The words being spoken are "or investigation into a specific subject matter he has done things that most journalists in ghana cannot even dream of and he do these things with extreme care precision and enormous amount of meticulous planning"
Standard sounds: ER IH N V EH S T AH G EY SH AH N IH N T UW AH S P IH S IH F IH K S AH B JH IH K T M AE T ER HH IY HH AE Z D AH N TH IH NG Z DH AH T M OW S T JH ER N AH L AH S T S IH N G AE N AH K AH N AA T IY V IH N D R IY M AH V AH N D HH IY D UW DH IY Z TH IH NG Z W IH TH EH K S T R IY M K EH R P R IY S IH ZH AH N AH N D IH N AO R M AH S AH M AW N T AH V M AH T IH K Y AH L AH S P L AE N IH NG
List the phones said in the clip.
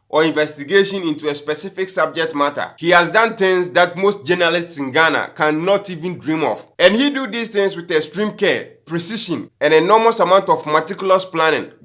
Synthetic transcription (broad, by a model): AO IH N V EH S T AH G EY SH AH N IH N T UW AH S P IH S IH F IH K S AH B JH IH K T M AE T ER HH IY HH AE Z D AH N T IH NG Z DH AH T M OW S T JH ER N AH L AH S T S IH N G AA N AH K AH N AA T IY V IH N D R IY M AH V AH N HH IY D UW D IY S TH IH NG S W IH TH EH S T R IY M K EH P R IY S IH SH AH N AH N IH N AO M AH S AH M AW N T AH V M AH T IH K Y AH L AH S P L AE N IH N